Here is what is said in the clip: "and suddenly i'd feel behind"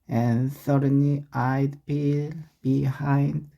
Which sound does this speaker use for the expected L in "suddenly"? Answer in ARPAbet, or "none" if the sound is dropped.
none